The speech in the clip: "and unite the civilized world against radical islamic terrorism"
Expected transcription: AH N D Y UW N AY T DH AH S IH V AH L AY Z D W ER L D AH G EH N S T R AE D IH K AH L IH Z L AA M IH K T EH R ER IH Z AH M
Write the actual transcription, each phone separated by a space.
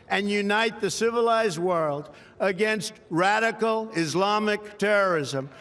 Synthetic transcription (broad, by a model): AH N Y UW N AY T DH AH S IH V AH L AY Z D W ER L D AH G EH N S T R AE D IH K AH L IH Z L AA M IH K T EH R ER IH Z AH M